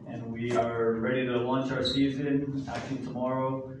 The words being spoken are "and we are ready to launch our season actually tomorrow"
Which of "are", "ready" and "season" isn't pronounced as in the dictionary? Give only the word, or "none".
none